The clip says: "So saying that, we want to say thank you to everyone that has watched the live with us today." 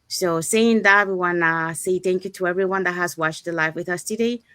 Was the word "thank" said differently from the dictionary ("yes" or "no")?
no